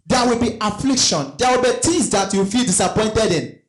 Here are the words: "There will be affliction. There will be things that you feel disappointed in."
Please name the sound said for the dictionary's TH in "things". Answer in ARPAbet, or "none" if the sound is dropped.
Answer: T